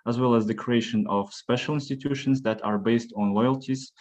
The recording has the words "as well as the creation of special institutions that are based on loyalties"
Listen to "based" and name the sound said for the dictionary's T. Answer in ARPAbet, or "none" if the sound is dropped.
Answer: T